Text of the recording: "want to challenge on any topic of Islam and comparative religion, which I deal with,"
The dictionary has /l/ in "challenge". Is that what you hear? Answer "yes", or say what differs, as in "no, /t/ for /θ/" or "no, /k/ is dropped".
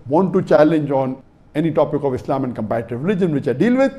yes